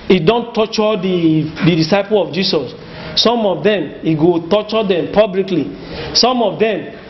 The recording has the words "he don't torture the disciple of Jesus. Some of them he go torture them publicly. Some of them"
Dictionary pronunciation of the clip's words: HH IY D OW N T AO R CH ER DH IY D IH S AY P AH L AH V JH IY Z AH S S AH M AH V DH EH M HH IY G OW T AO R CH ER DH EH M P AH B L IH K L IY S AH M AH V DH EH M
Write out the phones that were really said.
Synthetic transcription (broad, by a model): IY D OW N T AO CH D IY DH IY D IH S AY P AH L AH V JH IY S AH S S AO M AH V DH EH M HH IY G OW T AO CH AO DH EH M P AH B L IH K L IY S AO M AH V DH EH M